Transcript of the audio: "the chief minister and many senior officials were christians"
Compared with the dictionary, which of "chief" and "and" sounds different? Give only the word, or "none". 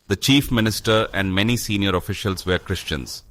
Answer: none